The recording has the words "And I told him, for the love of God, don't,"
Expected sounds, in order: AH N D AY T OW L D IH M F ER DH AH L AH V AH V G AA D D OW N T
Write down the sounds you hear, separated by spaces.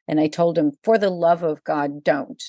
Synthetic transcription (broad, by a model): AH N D AY T OW L D IH M F ER DH AH L AH V AH V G AA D D OW N T